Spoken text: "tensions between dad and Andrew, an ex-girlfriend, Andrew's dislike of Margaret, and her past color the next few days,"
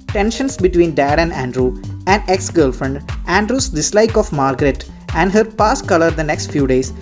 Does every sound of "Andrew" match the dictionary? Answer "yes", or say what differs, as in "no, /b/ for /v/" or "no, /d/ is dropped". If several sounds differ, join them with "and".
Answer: yes